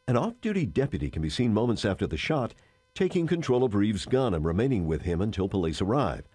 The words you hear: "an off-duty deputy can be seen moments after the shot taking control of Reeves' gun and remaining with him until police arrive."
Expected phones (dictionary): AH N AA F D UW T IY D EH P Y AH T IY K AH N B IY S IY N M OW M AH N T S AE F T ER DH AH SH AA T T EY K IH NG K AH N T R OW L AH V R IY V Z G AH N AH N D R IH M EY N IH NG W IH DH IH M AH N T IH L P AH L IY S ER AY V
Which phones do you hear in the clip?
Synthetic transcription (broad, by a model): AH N AA F D UW T IY D EH P Y AH T IY K AH N B IY S IY N M OW M AH N T S AE F T ER DH AH SH AA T T EY K IH NG K AH N T R OW L AH V R IY V Z G AH N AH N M R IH M EY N IH NG W IH DH IH M AH N T IH L P AH L IY S ER AY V